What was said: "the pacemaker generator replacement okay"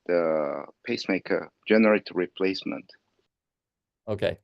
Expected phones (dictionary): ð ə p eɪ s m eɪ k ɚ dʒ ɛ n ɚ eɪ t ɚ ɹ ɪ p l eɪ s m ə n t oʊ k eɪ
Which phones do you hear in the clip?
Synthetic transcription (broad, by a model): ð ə p eɪ s m eɪ k ɚ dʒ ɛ n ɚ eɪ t ɹ ɪ p l eɪ s m ə n t oʊ k eɪ